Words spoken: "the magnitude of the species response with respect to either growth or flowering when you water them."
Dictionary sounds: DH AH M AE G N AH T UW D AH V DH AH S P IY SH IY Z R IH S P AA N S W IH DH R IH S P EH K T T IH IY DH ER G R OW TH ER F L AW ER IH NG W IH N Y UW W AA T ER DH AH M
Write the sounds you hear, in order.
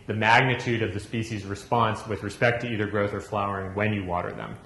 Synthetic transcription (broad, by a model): DH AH M AE G N AH T UW D AH V DH AH S P IY SH IY Z R IH S P AA N S W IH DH R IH S P EH K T T IH IY DH ER G R OW TH ER F L AW ER IH NG W IH N Y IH W AA T ER DH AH M